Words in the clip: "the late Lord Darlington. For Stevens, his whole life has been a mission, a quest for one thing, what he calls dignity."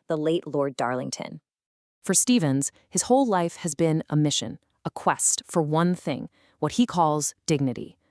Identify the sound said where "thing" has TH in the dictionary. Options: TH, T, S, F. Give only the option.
TH